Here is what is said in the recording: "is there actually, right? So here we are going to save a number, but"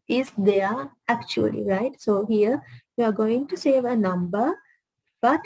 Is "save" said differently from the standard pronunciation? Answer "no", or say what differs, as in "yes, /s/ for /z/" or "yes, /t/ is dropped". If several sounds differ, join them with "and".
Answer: no